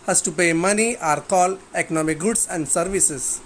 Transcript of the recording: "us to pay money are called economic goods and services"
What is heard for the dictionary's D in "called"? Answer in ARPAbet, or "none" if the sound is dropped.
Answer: none